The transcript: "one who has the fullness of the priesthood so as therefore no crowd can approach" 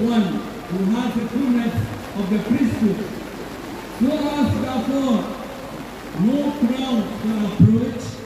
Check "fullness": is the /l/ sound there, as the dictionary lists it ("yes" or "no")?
no